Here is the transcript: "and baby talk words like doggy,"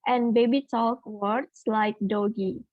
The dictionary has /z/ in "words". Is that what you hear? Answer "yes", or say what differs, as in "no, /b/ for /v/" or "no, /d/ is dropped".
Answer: no, /s/ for /z/